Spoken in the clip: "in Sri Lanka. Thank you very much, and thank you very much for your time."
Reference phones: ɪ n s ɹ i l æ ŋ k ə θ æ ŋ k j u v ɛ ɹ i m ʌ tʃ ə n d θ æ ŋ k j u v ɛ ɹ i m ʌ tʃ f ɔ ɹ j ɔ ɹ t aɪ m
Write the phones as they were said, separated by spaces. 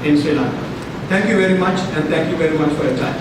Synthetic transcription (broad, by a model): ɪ n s i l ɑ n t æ ŋ k j u v ɛ ɹ i m ʌ tʃ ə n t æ ŋ k j u v ɛ ɹ i m ʌ tʃ f ɔ ɹ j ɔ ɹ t aɪ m